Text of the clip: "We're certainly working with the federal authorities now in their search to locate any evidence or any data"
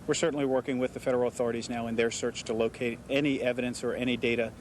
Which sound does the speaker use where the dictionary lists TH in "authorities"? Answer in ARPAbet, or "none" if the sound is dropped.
TH